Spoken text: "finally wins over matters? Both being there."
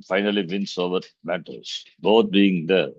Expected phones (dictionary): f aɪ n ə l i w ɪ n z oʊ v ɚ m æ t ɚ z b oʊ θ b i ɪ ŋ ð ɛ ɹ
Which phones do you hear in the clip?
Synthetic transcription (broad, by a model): f aɪ n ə l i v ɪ n s oʊ v ɚ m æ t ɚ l b oʊ t b i ɪ ŋ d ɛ ɹ